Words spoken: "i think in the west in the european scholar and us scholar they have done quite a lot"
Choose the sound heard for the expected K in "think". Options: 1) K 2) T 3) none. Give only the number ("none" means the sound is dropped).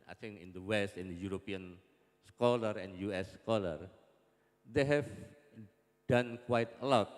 3